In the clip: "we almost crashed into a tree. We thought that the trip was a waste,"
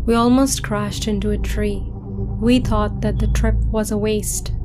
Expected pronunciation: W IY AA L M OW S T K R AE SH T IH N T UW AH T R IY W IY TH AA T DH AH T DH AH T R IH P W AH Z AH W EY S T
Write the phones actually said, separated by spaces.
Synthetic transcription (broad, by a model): W IY AA L M OW S T K R AE SH T IH N T UW AH T R IY W IY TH AA T DH AH T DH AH T R IH P W AH Z AH W EY S T